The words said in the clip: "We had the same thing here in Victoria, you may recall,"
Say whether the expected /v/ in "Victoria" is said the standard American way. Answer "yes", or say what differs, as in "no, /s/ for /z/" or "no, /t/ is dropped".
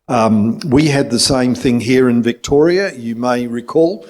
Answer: yes